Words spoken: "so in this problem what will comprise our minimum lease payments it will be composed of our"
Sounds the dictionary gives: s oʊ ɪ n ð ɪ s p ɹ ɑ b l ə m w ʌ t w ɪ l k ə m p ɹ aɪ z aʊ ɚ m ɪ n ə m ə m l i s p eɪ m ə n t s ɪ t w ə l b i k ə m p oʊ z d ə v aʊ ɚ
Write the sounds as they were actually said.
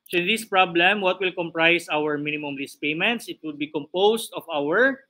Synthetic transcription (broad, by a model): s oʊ ɪ n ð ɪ s p ɹ ɑ b l ə m w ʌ t w ɪ l k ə m p ɹ aɪ s aʊ ɚ m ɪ n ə m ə m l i s p eɪ m ə n t s ɪ t w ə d b i k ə m p oʊ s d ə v aʊ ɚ